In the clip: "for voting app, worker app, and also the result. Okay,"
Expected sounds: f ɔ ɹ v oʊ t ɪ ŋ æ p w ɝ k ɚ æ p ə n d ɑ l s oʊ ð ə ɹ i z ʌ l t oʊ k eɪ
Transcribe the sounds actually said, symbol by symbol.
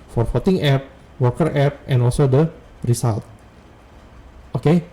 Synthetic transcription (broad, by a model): f ɔ ɹ f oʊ t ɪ ŋ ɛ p w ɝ k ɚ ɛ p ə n ɑ l s oʊ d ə ɹ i s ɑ l t oʊ k eɪ